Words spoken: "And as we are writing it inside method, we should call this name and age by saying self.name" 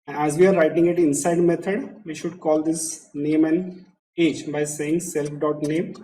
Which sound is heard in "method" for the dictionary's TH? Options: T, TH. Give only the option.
T